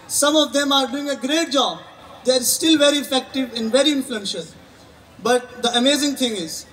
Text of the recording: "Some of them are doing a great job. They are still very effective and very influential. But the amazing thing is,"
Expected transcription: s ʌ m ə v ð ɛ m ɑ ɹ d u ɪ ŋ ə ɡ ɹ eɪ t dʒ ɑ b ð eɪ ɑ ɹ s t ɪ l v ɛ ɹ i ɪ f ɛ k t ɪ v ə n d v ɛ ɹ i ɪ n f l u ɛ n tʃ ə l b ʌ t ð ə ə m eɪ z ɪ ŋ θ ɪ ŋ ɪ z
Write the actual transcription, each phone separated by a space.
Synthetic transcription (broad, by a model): s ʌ m ə v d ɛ m ɑ ɹ d u ɪ ŋ ə ɡ ɹ eɪ t dʒ ɑ b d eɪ ɹ s t ɪ l v ɛ ɹ i ɪ f ɛ k t ɪ v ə n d v ɛ ɹ i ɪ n f l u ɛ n ʃ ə n b ʌ t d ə ə m eɪ z ɪ ŋ t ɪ ŋ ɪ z